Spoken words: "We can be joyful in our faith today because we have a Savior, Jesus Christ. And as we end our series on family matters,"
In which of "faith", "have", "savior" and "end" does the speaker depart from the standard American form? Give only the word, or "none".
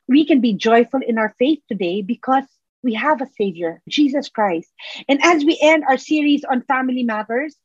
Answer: none